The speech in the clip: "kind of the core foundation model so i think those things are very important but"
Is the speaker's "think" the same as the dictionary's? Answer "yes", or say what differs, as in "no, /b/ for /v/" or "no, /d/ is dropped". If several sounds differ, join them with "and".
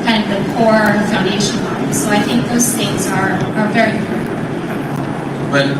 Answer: yes